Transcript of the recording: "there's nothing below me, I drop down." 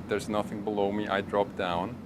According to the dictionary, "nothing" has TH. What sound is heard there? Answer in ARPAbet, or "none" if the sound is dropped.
TH